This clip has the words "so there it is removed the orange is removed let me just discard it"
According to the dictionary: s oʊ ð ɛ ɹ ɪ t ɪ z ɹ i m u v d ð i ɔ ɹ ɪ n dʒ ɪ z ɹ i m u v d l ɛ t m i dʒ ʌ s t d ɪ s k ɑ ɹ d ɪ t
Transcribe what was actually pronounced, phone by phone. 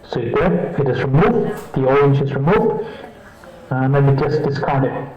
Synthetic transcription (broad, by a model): s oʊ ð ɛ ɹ ɪ t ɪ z ɹ i m u v d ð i ɔ ɹ ɪ n dʒ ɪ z ɹ i m u v d n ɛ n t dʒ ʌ s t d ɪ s k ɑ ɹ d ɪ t